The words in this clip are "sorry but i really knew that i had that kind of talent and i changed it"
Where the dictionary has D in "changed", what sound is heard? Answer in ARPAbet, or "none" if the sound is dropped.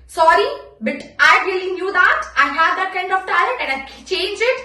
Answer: none